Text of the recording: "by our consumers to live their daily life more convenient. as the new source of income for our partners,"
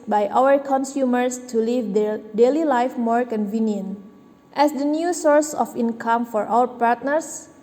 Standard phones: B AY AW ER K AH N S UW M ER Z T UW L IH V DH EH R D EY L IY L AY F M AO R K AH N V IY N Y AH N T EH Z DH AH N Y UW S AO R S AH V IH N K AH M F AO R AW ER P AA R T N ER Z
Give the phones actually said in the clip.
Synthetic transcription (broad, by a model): B AY AW ER K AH N S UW M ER S T UW L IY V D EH D EY L IY L AY F M AO R K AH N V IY N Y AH N T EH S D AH N Y UW S AO R S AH F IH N K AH M F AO R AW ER P AA R T N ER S